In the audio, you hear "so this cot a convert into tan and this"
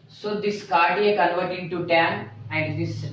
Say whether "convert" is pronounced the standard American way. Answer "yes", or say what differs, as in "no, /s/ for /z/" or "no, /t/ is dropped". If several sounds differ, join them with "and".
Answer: no, /l/ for /n/